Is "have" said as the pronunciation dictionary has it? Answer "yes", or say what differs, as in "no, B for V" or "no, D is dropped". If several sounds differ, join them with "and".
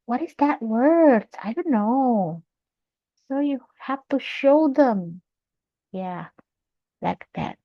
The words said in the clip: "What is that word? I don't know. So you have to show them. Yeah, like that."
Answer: no, F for V